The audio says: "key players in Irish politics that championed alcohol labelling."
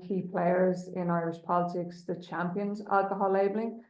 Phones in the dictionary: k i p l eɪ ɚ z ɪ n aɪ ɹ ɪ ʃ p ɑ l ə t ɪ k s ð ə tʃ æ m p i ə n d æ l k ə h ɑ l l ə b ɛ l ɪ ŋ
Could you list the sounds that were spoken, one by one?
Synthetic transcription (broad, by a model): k i p l eɪ ɚ z ɪ n aɪ ɹ ɪ ʃ p ɑ l ə t ɪ k s ð ə tʃ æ m p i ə n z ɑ l k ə h ɑ l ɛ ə b l ɪ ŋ